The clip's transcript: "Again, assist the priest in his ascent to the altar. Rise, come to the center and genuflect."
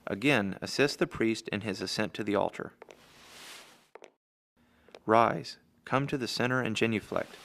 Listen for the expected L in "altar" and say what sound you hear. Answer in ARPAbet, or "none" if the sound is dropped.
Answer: L